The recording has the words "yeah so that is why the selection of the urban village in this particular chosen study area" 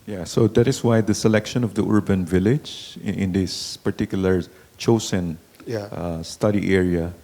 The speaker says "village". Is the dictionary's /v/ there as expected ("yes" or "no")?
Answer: yes